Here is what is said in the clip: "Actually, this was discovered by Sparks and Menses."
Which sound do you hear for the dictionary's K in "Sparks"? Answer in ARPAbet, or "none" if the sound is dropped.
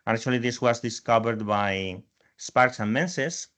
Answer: K